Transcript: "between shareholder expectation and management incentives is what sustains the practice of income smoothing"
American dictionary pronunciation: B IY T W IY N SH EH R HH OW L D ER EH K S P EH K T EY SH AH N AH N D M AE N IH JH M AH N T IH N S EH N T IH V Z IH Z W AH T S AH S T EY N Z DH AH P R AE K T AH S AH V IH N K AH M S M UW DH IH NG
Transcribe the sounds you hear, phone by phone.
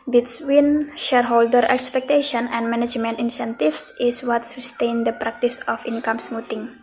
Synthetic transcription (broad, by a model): B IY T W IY N SH EH R HH OW L D ER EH K S P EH K T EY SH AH N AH N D M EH N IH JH M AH N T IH N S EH N T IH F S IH S W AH T S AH S T EY N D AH P R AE K T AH S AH F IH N K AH M S M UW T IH NG